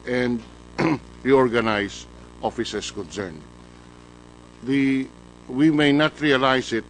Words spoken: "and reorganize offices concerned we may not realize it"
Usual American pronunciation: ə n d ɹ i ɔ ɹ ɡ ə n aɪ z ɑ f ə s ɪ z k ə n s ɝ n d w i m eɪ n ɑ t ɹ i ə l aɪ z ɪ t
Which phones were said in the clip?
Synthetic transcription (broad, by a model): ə n d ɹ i ɔ ɹ ɡ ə n aɪ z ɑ f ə s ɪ s k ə n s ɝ n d w i m eɪ n ɑ t ɹ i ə l aɪ s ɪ t